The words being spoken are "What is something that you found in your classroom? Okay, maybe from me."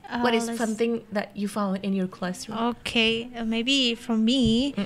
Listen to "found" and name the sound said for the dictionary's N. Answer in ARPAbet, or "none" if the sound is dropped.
none